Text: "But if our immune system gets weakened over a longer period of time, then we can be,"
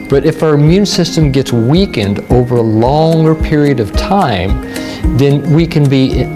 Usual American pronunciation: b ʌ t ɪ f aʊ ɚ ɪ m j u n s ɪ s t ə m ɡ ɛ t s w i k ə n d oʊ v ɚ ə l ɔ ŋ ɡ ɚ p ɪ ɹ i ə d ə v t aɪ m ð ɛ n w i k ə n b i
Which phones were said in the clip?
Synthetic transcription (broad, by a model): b ʌ t ɪ f aʊ ɚ ɪ m j u n s ɪ s t ə m ɡ ɛ t s w i k ə n d oʊ v ɚ ə l ɔ ŋ ɡ ɚ p ɪ ɹ i ə d ə v t aɪ m ð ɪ n w i k ə n b i